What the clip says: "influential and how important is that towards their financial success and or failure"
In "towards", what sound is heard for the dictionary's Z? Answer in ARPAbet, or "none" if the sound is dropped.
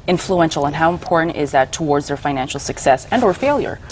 Z